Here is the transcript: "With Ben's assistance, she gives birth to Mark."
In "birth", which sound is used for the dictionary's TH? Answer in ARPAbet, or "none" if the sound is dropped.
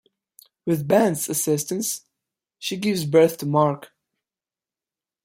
TH